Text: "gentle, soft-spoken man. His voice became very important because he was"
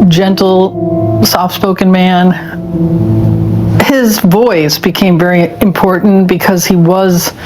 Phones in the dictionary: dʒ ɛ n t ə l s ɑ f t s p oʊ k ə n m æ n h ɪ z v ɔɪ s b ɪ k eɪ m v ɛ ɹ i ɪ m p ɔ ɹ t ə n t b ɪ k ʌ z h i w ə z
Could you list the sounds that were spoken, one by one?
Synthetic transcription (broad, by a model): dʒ ɛ n t l s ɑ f s p oʊ k ə n m æ n h ɪ z v ɔɪ s b ɪ k eɪ m v ɛ ɹ i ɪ m p ɔ ɹ t n b ɪ k ʌ z h i w ə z